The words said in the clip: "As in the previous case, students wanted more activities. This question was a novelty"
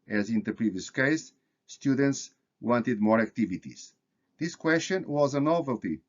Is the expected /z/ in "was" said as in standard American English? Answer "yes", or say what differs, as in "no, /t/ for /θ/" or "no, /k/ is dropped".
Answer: yes